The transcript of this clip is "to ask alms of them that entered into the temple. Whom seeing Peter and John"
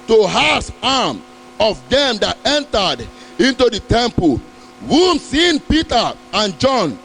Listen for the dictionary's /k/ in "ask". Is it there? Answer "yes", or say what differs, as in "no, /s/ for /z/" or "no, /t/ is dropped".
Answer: no, /k/ is dropped